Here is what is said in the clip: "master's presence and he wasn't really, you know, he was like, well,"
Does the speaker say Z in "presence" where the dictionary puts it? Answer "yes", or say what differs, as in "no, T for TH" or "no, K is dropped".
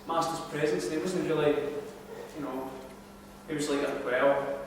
yes